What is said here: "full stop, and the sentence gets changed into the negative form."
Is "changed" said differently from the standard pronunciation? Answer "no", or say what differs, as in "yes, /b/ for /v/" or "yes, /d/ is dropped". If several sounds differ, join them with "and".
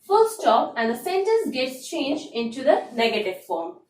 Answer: yes, /d/ is dropped